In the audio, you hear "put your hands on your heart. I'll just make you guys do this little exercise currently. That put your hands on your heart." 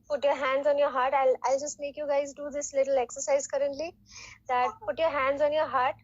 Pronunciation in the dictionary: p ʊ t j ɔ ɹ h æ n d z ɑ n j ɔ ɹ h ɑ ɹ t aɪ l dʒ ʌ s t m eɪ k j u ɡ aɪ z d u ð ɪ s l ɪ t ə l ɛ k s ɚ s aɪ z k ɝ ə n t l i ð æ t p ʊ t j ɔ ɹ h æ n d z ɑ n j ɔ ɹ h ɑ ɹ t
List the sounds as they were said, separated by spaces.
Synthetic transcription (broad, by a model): p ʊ t j ɔ ɹ h æ n d z ɑ n j ɔ ɹ h ɑ ɹ t aɪ l dʒ ʌ s t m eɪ k j u ɡ aɪ z d u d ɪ s l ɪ t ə l ɛ k s ɚ s aɪ z k ɝ ə n t l i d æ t p ʊ t j ɔ ɹ h æ n d z ɑ n j ɔ ɹ h ɑ ɹ t